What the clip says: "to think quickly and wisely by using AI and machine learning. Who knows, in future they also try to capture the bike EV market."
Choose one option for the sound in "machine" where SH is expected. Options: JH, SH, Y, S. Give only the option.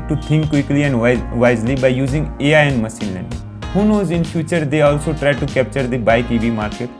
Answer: S